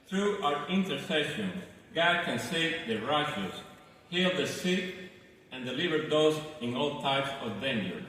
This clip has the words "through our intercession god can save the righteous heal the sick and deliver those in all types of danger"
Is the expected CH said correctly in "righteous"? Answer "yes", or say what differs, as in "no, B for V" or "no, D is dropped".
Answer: no, SH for CH